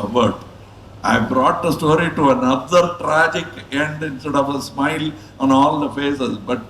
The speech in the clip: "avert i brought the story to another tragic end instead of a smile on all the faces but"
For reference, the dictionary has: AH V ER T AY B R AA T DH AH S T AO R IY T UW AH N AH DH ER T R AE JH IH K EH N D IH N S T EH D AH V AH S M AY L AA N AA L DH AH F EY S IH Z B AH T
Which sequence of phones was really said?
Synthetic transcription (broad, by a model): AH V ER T AY B R AA T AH S T AO R IY T UW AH N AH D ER T R AE JH IH K EH N D IH N S T EH D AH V AH S M AY L AA N AA L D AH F EY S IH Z B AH T